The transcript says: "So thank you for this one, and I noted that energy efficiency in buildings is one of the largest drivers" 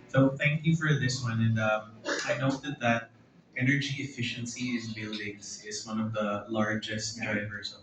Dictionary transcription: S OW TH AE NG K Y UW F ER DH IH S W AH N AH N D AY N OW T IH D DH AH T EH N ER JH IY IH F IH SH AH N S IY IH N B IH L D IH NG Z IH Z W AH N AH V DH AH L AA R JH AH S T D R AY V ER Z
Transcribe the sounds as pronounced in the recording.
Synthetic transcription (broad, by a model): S OW TH AE NG K Y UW F ER DH IH S W AH N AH N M AY N OW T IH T DH AH T EH N ER JH IY IH F IH SH AH N S IY IH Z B IH L D IH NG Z IH Z W AH N AH V DH AH L AA R JH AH S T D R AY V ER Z